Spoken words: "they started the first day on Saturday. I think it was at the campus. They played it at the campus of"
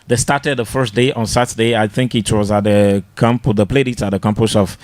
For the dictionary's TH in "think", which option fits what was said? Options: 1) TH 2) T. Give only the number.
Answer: 1